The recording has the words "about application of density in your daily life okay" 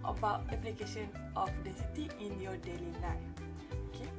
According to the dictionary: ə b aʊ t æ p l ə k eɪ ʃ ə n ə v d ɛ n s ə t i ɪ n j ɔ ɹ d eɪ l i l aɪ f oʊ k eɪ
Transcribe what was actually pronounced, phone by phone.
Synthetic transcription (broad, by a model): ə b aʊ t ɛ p l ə k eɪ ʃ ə n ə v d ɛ s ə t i ɪ n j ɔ d eɪ l i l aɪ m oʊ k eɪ